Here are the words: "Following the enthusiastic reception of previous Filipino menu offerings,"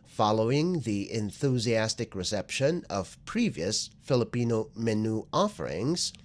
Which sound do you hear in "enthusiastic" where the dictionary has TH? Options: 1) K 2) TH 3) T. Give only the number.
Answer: 2